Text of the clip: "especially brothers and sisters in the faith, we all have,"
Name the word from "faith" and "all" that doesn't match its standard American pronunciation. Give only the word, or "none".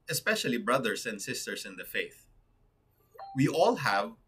none